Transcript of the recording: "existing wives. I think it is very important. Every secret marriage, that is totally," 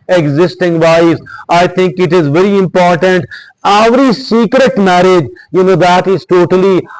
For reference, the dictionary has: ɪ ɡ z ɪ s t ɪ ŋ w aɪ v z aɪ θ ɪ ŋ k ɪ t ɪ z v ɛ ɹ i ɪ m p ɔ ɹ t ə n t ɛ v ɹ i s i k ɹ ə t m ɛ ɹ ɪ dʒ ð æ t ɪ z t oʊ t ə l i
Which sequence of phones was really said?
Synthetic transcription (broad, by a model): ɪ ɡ z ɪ s t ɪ ŋ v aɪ z aɪ t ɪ ŋ k ɪ t ɪ z v ɛ ɹ i ɪ m p ɔ ɹ t ə n t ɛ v ɹ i s i k ɹ ə t m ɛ ɹ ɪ dʒ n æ t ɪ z t oʊ t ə l i